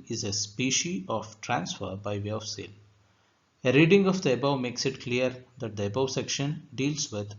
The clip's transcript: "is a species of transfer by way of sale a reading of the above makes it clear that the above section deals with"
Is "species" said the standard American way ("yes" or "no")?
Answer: no